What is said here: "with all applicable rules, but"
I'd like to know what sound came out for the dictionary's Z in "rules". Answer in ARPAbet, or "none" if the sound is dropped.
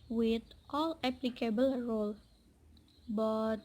none